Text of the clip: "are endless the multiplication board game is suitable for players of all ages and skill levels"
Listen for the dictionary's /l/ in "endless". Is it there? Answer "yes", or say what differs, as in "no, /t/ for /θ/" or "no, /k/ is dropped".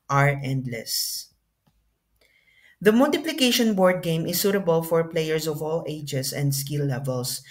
yes